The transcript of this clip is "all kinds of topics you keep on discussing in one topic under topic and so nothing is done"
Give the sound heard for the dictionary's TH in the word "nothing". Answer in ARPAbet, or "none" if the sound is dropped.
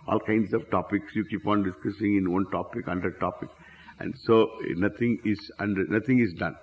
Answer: T